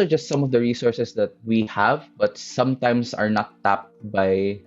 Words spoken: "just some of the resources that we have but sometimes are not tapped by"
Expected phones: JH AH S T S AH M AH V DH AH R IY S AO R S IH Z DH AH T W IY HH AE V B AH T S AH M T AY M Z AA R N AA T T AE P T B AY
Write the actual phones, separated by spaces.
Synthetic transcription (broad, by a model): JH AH S T S AH M AH V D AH R IY S AO R S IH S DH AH T W IY HH AE V B AH T S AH M T AY M S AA R N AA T T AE P T B AY